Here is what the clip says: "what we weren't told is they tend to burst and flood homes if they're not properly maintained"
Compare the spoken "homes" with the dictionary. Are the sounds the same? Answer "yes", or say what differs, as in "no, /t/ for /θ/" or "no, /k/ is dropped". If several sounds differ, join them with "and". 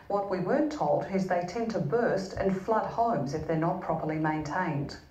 yes